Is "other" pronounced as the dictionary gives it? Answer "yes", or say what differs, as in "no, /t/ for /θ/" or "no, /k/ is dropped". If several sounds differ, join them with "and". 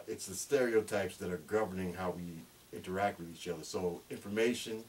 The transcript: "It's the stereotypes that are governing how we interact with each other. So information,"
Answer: yes